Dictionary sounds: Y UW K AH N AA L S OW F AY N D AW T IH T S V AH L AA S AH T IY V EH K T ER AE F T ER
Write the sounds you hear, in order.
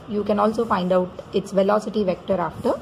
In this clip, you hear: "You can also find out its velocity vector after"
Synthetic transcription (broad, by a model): Y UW K AH N AA L S OW F AY N D AW T IH T S V AH L AA S AH T IY V EH K T ER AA F T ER